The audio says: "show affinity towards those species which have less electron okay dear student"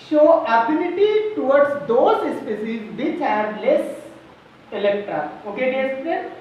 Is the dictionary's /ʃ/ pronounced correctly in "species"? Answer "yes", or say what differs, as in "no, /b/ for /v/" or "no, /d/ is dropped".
no, /s/ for /ʃ/